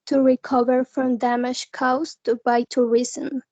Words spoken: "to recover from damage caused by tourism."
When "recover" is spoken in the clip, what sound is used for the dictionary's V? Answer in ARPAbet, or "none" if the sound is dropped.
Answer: V